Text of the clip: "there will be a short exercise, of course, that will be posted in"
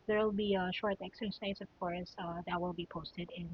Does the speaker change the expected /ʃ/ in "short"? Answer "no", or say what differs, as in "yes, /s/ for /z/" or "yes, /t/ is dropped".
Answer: no